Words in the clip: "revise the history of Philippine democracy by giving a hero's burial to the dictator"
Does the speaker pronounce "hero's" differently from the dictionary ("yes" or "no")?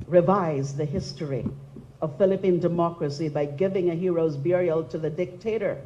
no